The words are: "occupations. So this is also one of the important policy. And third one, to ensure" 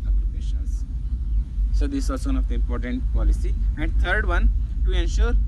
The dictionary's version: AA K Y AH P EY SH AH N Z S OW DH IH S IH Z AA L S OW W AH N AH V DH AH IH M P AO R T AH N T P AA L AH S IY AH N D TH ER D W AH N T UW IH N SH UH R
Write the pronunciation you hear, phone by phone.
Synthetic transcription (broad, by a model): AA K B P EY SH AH N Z S OW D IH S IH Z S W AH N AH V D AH IH M P AO R T AH N T P AA L AH S IY AH N D T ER D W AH N T UW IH N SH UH R